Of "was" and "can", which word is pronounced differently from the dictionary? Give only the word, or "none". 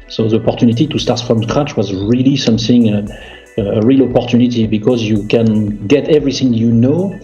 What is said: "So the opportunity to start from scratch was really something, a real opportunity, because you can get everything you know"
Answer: none